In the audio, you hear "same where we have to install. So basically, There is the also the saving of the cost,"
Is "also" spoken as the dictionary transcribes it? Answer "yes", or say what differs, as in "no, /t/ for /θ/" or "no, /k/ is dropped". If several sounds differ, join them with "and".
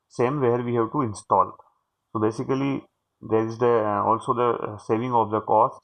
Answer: yes